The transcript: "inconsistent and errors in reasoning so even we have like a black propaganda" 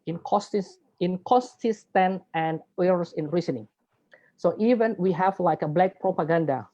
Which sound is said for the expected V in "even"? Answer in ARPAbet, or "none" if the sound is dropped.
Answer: V